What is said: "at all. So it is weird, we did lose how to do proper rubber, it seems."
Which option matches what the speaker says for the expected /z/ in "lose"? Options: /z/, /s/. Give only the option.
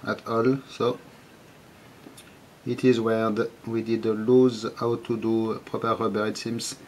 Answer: /z/